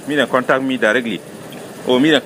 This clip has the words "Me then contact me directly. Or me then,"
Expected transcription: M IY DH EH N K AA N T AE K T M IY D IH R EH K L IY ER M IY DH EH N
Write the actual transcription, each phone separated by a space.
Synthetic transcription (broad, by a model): M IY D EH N K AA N T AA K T M IY D IH R EH K L IY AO M IY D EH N